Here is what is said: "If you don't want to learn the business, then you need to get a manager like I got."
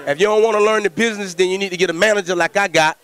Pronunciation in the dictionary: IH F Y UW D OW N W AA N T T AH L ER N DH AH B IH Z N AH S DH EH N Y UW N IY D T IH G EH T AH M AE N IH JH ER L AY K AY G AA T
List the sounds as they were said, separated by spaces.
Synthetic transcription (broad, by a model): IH F Y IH D OW N W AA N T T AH L ER N DH AH B IH Z N AH S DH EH N Y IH N IY D T IH G EH T AH M AE N IH JH ER L AY K AY G AA T